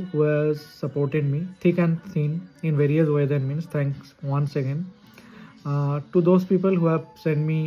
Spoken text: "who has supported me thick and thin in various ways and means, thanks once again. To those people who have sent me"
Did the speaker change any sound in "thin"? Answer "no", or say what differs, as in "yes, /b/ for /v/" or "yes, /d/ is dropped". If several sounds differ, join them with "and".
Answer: yes, /s/ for /θ/